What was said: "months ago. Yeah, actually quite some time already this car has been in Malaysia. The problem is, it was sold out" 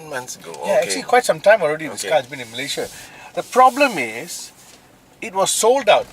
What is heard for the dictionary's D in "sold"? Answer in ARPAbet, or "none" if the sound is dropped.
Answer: D